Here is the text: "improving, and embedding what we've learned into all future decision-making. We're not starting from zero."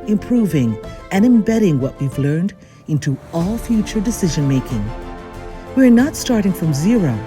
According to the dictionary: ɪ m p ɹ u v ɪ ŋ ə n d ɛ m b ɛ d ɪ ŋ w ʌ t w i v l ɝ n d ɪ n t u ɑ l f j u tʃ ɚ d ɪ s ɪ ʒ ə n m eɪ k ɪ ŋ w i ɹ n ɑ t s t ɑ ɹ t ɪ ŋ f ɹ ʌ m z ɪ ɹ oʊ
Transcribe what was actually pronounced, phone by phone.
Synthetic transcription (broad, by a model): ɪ m p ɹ u v ɪ ŋ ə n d ɛ m b ɛ d ɪ ŋ w ʌ t w i v l ɝ n d ɪ n t u ɑ l f j u tʃ ɚ d ɪ s ɪ ʒ ə n m eɪ k ɪ ŋ w i ɹ n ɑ t s t ɑ ɹ t ɪ ŋ f ɹ ʌ m z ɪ ɹ oʊ